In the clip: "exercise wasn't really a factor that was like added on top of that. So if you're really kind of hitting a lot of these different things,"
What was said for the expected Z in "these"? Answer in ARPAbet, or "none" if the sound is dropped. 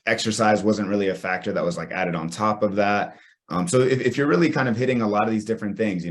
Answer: Z